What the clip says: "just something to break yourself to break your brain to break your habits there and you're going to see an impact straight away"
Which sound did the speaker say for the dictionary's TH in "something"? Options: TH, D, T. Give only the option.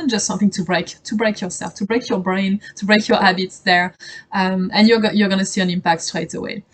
TH